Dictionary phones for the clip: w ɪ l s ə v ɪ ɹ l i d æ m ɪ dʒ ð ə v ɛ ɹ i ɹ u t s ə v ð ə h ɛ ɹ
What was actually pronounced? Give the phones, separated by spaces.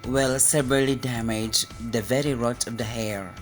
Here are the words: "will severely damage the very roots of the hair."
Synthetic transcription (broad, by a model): w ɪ l s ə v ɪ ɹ l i d æ m ɪ dʒ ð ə v ɛ ɹ i ɹ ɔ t ə v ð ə h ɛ ɹ